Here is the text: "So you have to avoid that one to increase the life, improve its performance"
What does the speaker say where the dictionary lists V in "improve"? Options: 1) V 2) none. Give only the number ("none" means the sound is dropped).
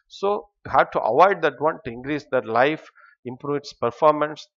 2